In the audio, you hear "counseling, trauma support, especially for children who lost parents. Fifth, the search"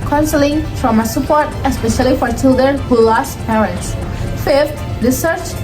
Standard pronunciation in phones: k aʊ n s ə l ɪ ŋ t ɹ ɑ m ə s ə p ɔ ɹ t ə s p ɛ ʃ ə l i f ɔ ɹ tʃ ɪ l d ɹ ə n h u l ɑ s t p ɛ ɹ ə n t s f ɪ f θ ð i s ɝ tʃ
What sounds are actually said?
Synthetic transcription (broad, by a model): k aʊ n s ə l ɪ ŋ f ɹ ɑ m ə s ə p ɔ ɹ t ə s p ɛ ʃ ə l i f ɔ ɹ tʃ ɪ l d ɹ ə n h u l ɑ s t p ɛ ə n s f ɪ f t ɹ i s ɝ tʃ